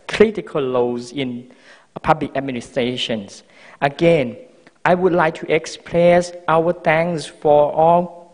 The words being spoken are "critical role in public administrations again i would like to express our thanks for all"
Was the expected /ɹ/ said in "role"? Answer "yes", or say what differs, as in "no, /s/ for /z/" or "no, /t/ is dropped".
no, /l/ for /ɹ/